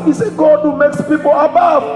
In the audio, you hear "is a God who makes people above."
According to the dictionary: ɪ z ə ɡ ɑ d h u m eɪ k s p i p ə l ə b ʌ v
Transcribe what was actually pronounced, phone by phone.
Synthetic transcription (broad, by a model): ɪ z ə ɡ ɑ d h u m eɪ k s p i p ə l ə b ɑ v